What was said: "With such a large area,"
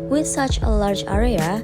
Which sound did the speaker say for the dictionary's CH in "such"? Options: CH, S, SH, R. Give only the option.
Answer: CH